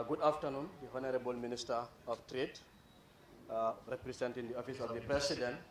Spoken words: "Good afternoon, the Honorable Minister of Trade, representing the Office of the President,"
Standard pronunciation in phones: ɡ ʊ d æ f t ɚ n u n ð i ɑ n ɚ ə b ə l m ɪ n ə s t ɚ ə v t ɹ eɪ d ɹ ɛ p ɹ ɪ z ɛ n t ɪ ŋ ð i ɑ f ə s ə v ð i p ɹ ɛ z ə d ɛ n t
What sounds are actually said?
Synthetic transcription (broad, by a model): ɡ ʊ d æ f t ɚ n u n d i ɑ n ɚ ə b ə l m ɪ n ə s t ɚ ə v t ɹ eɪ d ɹ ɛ p ɹ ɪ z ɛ n t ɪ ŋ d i ɑ f ə s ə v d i p ɹ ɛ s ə d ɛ n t